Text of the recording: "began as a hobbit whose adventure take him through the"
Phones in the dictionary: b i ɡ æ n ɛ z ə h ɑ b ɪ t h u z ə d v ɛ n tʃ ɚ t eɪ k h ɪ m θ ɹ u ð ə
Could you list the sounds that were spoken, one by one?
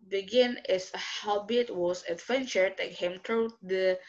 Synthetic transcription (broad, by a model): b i ɡ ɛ n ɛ s ə h ɑ b ɪ t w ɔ s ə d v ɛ n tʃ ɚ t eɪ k h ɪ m t ɹ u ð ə